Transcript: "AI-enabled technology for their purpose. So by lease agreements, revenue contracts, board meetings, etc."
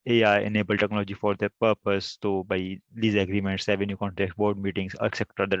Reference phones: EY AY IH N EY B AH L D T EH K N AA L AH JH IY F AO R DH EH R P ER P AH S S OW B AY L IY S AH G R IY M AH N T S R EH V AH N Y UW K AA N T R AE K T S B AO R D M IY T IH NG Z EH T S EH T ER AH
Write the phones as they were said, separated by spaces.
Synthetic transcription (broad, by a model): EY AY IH N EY B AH L T EH K N AA L AH JH IY F AO R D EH P ER P AH S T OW B AY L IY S AH G R IY M AH N T S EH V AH N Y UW K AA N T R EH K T B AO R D M IY T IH NG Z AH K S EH T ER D